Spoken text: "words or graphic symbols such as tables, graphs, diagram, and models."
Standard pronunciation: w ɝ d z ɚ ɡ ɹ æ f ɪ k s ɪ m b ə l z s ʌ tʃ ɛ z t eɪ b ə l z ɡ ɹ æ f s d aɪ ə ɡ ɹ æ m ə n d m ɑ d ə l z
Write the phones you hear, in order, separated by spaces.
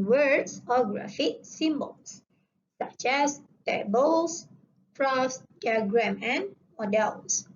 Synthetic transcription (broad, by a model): w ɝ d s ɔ ɡ ɹ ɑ f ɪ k s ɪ m b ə l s s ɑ tʃ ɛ s t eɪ b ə l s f ɹ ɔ s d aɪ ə ɡ ɹ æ m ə n m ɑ d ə l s